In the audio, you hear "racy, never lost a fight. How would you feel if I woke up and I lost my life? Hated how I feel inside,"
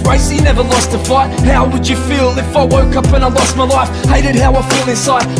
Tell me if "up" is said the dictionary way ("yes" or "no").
yes